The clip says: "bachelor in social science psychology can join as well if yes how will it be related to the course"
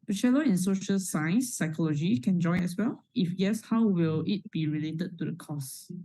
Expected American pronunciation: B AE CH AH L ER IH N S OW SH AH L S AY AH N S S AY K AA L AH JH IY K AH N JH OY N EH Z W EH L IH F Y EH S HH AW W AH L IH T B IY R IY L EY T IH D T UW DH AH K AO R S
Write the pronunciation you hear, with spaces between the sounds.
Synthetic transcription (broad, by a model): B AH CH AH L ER IH N S OW SH AH L S AY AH N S S AY K AA L AH JH IY K AH N JH OY N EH S W EH L IH F Y EH S HH AW W AH L IH T B IY R IY L EY T IH D T UW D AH K AO S